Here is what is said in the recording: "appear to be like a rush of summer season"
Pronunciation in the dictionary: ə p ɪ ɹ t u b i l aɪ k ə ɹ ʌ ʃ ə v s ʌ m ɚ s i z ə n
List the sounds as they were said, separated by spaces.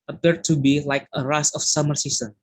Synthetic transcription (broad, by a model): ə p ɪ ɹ t u b i l aɪ k ə ɹ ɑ s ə f s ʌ m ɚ s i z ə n